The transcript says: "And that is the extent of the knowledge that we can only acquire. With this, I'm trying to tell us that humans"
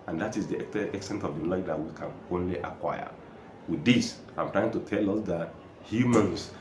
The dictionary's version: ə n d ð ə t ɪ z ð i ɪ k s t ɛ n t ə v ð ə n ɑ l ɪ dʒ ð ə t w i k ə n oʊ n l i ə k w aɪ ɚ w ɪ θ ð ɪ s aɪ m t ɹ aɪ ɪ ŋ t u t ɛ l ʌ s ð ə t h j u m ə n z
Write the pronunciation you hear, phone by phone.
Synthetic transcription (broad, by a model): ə n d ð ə t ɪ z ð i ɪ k s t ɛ n t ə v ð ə l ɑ ɪ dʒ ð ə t w i k ə n oʊ n l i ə k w aɪ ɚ w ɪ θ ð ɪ s aɪ m t ɹ aɪ ɪ ŋ t u t ɛ l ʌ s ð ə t h j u m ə n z